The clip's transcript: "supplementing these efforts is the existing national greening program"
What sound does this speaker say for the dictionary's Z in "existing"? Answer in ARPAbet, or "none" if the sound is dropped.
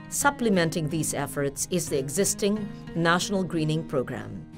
Z